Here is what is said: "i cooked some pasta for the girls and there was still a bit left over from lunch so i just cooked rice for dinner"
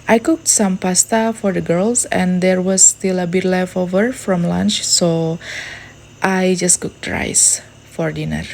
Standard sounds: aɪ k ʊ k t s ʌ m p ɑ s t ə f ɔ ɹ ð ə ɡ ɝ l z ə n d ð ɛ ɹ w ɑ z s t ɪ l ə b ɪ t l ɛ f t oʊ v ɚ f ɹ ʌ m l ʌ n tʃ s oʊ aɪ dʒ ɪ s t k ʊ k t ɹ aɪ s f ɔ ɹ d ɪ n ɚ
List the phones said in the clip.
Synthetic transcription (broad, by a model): aɪ k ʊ k t s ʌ m p ɑ s t ə f ɔ ɹ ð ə ɡ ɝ l s ə n d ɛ ɹ w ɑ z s t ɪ l ə b ɪ t l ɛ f oʊ v ɚ f ɹ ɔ m l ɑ n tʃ s oʊ aɪ dʒ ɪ s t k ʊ k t ɹ aɪ s f ɔ ɹ d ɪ n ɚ